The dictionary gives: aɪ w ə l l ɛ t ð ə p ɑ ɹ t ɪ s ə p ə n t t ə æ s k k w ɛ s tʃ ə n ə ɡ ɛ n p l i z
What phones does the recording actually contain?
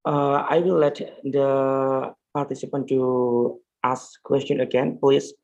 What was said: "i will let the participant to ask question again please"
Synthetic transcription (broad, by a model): aɪ w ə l l ɛ t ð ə p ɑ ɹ t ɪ s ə p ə n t t ə s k k w ɛ s tʃ ə n ə ɡ ɛ n p l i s